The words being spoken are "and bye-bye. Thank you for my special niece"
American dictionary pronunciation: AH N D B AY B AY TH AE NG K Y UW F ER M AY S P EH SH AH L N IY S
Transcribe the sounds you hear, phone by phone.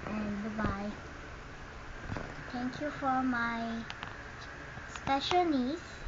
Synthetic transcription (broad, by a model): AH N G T B AY T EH NG K Y UW F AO M AY S P EH SH AH L N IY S